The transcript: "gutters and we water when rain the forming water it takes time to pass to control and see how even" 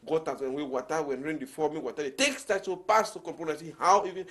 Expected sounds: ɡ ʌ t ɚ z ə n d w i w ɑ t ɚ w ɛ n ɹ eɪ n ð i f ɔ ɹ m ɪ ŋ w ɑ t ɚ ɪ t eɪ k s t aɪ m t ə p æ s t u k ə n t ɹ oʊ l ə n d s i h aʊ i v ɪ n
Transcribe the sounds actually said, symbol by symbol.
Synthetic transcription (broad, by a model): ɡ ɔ t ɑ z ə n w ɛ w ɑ t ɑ w ɛ n ɹ eɪ n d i f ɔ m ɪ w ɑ t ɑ ɪ t eɪ k s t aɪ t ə p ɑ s t u k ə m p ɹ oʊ n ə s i h aʊ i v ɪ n